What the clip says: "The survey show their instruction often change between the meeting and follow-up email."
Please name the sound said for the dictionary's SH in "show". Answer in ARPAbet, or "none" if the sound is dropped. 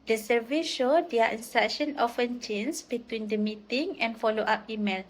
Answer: SH